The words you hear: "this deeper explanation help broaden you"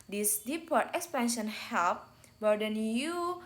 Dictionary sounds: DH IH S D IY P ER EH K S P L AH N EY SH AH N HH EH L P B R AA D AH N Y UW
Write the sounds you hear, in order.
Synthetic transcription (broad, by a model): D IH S D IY P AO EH K S P AH N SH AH N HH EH L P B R D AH N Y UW